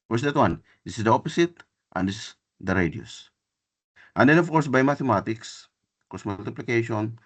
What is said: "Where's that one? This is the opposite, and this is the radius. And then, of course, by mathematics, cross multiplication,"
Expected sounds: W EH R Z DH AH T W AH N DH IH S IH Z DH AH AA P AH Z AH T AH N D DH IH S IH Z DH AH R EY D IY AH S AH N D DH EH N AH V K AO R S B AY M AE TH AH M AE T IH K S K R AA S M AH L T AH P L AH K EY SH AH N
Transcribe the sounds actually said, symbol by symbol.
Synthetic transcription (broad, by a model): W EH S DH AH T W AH N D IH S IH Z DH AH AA P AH S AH T AH N D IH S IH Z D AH R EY D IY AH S AH N D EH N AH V K AO R S B AY M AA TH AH M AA T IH K S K AA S M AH L T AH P L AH K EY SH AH N